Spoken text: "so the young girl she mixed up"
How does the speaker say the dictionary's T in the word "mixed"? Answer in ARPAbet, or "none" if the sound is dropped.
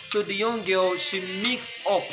none